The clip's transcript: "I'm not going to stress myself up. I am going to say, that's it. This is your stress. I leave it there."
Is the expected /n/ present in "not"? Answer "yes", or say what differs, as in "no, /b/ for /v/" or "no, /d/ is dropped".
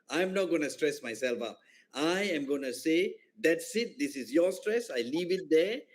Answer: yes